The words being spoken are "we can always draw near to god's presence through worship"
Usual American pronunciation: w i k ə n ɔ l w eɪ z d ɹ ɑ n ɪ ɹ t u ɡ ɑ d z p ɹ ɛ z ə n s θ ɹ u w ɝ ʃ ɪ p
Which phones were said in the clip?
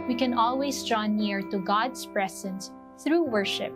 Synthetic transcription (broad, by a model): w i k ə n ɔ l w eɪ s d ɹ ɑ n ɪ ɹ t u ɡ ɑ d s p ɹ ɛ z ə n s θ ɹ u w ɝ ʃ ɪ p